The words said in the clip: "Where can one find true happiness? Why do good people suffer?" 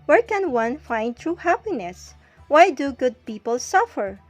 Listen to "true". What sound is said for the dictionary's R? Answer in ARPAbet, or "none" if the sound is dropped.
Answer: R